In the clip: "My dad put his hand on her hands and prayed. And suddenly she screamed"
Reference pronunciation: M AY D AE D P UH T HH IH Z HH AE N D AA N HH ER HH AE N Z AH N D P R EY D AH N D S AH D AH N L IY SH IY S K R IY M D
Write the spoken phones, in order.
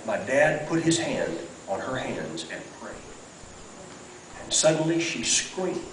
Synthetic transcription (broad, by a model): M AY D AE D P UH T HH IH Z HH AE N D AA N ER HH AE N Z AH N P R EY AH N S AH D N L IY SH IY S K R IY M